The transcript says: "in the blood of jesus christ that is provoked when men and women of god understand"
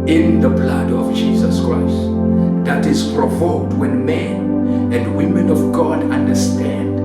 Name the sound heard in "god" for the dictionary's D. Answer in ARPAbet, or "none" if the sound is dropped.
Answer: D